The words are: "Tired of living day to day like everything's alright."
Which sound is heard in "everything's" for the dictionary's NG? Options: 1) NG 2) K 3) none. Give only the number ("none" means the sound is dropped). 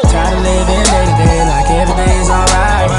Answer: 3